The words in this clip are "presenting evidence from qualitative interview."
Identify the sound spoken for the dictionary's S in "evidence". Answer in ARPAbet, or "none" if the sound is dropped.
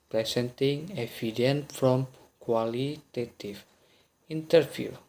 none